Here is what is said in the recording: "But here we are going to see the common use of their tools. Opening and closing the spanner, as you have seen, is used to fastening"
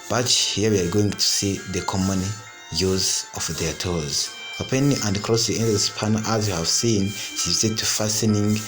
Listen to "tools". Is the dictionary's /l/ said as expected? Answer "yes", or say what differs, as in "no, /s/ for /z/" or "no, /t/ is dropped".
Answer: no, /l/ is dropped